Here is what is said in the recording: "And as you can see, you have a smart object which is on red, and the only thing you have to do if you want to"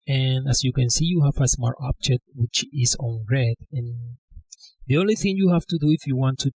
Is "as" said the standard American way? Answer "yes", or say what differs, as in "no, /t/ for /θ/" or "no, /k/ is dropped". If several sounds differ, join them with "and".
no, /s/ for /z/